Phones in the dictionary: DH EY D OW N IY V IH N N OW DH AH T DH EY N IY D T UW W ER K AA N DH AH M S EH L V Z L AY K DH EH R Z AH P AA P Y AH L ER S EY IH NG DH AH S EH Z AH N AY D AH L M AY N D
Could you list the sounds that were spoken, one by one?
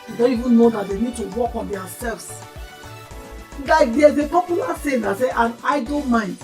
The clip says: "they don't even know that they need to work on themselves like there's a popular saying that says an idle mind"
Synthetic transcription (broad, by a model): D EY D OW N IY V IH N N OW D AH T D EY N IY D T UW W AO K AA N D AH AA S EH L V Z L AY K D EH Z AH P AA P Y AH L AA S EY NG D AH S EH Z AH N AY D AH N M AY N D